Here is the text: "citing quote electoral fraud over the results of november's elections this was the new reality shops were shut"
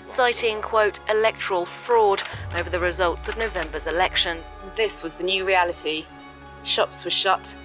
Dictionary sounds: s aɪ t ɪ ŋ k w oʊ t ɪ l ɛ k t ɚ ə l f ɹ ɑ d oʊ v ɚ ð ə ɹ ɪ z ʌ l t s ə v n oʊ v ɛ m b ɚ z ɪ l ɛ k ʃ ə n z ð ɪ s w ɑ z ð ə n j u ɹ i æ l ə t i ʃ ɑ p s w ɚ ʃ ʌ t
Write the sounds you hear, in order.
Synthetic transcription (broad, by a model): s aɪ t ɪ ŋ k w oʊ t ɪ l ɛ k t ɚ ə l f ɹ ɑ d oʊ v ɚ ð ə ɹ ɪ z ʌ l t s ə v n oʊ v ɛ m b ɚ z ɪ l ɛ k ʃ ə n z ð ɪ s w ɑ z ð ə n j u ɹ i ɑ l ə t i ʃ ɑ p s w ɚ ʃ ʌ t